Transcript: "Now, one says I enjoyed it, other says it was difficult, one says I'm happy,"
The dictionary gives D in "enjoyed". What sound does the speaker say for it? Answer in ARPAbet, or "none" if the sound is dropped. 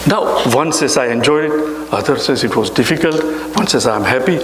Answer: none